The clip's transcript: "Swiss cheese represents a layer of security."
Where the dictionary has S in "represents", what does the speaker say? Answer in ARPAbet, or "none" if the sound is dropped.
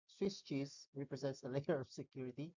S